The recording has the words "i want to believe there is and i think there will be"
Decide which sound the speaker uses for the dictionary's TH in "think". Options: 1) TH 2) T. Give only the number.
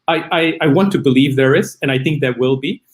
1